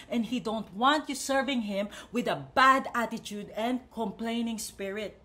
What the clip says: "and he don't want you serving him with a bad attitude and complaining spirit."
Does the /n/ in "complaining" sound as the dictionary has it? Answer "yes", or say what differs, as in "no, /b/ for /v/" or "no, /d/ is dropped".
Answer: yes